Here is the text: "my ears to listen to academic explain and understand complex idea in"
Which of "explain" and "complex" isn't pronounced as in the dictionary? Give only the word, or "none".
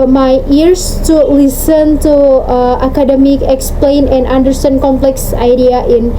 none